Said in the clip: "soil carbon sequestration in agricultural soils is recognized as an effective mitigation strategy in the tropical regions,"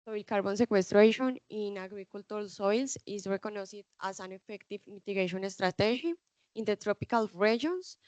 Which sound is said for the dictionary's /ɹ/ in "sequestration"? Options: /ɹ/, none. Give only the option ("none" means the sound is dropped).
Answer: /ɹ/